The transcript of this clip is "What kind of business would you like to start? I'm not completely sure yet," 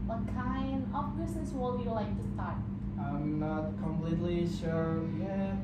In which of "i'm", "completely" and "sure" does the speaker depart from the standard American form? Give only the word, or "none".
none